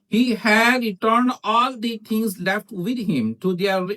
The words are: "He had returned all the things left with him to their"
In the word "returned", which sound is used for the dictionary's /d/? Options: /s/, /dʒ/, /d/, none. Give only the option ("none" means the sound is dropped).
/d/